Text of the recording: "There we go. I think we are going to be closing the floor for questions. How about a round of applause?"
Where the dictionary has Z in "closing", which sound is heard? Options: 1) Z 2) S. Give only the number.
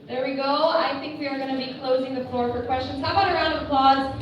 1